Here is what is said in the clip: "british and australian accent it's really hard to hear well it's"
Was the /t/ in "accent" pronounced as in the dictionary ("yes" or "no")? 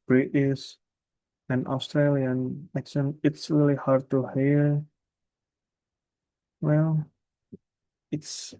no